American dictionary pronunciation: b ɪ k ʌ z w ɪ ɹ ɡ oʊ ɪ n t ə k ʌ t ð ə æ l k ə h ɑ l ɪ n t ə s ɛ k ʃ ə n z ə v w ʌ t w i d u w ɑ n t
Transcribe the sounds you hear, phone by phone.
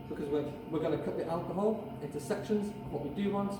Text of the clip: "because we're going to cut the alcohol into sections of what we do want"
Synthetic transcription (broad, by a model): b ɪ k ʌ z w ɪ w ɡ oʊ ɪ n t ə k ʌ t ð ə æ l k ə h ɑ l ɪ n t ə s ɛ k ʃ ə n z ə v w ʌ t w i d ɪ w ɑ n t